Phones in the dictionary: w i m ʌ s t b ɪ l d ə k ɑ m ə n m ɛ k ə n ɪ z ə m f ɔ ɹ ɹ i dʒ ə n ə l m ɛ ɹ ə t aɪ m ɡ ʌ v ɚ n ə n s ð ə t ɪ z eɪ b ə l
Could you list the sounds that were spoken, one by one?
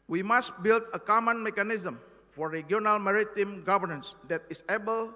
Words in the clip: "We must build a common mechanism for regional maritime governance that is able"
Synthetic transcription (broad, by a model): w i m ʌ s t b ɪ l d ə k ɑ m ə n m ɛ k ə n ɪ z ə m f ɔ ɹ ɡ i ə n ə l m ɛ ɹ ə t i m ɡ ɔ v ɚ n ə n s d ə t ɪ s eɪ b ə l